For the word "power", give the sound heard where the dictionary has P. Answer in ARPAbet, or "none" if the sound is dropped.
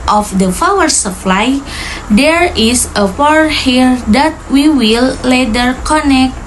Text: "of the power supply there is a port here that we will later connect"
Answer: F